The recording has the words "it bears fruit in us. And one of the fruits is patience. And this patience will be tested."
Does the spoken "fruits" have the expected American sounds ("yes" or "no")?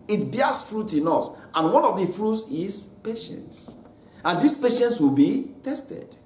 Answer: yes